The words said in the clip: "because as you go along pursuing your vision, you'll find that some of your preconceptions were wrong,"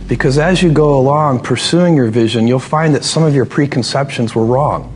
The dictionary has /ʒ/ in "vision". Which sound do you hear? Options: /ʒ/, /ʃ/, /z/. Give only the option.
/ʒ/